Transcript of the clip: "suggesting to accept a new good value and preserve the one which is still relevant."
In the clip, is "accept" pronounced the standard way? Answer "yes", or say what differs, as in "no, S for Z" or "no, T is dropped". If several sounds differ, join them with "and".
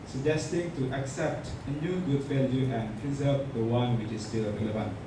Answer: yes